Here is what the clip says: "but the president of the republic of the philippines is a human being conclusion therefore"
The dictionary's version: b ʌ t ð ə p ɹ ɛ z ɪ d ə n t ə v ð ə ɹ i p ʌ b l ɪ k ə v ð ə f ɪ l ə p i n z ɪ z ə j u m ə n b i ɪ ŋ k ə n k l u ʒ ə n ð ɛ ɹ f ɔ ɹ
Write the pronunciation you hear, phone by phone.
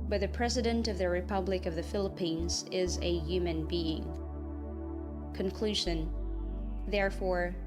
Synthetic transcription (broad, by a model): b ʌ t ð ə p ɹ ɛ z ɪ d ə n t ə v ð ə ɹ i p ʌ b l ɪ k ə v ð ə f ɪ l ə p i n z ɪ z ə j u m ə n b i ɪ ŋ k ə n k l u ʒ ə n ð ɛ ɹ f ɔ ɹ